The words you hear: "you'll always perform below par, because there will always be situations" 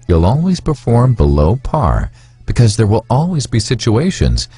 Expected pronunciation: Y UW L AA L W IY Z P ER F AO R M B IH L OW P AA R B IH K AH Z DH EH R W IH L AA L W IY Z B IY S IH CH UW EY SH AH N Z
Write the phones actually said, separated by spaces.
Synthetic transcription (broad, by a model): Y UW L AA L W IY Z P ER F AO R M B IH L OW P AA R B IH K AH Z DH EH R W IH L AA L W IY Z B IY S IH CH UW EY SH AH N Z